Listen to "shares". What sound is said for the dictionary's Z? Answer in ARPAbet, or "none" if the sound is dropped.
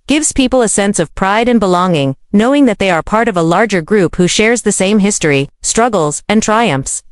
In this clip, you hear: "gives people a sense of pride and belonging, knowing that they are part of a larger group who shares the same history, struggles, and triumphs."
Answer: Z